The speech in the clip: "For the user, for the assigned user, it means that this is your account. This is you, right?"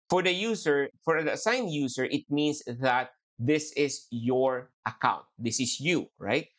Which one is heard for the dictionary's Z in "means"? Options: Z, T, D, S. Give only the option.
S